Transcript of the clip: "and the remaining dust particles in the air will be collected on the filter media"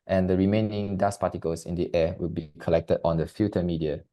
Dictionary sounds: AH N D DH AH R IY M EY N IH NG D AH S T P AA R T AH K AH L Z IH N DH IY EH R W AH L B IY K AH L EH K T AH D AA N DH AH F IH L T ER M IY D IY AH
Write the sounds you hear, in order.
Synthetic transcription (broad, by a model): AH N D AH R IY M EY N IH NG D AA S P AA T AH K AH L S IH N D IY EH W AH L B IY K AH L EH K T AH D AA N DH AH F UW T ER M IY D IY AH